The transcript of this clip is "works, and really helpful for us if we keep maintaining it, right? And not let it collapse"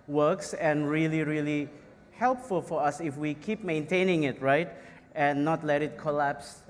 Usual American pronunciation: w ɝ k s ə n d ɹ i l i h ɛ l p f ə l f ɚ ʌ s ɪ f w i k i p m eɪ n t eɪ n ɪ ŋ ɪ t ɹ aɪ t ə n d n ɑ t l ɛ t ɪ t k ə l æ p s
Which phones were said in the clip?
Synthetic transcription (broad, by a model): w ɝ k s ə n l ɹ i l i h ɛ l p f ə l f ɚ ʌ s ɪ f w i k i p m eɪ n t eɪ n ɪ ŋ ɪ t ɹ aɪ t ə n n ɑ t l ɛ t ɪ t k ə l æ p s